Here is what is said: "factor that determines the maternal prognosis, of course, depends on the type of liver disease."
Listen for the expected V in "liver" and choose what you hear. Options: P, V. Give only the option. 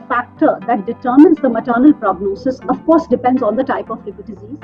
P